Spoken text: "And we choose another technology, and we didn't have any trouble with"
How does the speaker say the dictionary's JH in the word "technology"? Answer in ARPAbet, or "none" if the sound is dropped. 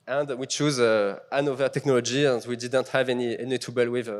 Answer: JH